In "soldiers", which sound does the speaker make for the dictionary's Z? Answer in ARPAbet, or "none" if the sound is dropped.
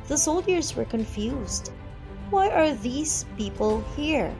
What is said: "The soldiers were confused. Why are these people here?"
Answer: Z